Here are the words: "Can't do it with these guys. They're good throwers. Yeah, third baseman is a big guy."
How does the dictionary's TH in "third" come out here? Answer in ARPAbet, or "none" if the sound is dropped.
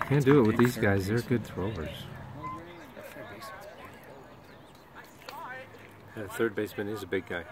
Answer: TH